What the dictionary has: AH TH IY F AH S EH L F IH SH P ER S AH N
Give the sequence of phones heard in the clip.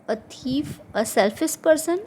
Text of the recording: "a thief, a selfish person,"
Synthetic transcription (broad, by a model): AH T IY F AH S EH L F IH S P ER S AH N